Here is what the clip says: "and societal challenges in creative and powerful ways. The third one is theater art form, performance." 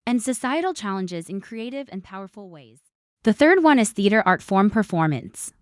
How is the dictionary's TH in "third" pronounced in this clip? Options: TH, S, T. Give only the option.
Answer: TH